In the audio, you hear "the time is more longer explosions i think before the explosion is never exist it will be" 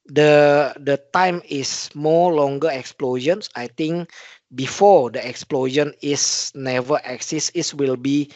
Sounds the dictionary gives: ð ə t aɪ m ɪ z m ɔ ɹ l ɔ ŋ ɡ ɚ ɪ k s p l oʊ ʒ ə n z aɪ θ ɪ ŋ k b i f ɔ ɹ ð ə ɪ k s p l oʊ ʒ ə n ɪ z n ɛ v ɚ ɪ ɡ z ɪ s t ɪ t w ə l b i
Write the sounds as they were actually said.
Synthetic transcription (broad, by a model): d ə t aɪ m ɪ s m ɔ l ɔ ŋ ɡ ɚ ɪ k s p l oʊ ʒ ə n s aɪ t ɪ ŋ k b i f ɔ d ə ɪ k s p l oʊ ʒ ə n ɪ s n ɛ v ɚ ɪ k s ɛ s ɪ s w ə l b i